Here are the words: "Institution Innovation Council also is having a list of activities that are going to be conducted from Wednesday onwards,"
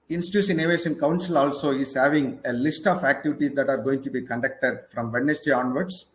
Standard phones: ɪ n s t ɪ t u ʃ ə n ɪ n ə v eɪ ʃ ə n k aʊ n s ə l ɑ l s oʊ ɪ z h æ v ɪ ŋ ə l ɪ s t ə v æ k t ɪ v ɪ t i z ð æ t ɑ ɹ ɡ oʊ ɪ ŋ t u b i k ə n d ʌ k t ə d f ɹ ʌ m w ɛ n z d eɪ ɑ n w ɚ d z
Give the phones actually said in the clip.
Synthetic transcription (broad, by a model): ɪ n s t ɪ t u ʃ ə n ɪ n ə v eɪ s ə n k aʊ n s ə l ɑ l s oʊ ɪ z h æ v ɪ ŋ ə l ɪ s t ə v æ k t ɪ v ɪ t i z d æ t ɑ ɹ ɡ oʊ ɪ ŋ t u b i k ə n d ʌ k t ə d f ɹ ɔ m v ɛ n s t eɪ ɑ n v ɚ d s